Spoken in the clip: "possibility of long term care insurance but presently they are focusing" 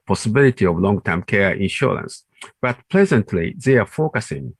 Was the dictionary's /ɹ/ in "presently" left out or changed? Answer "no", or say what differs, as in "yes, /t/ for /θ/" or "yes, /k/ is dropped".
yes, /l/ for /ɹ/